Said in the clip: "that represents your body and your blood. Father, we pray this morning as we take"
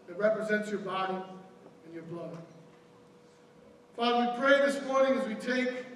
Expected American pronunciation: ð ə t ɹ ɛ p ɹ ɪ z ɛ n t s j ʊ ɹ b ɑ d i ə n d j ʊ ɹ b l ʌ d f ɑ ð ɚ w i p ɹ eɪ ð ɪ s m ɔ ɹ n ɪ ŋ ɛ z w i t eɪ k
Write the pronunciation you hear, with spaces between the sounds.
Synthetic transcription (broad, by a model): ð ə t ɹ ɛ p ɹ ɪ z ɛ n t s j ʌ ɹ b ɑ d i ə n j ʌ ɹ b l ʌ d f ɑ ð ɚ w i p ɹ eɪ ð ɪ s m ɔ ɹ n ɪ ŋ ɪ z w i t eɪ k